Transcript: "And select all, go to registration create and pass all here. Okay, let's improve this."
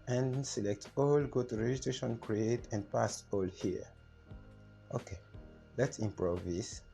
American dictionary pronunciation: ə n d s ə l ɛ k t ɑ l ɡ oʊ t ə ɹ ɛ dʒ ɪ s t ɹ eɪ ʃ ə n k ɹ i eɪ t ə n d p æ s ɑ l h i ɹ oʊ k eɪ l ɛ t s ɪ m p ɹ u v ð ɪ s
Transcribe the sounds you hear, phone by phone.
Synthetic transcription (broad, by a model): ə n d s ə l ɛ k t ɑ l ɡ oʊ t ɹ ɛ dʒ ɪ t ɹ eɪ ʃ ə n k ɹ i eɪ t ə n d p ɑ s ɑ l h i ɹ oʊ k eɪ l ɛ t s ɪ m p ɹ u v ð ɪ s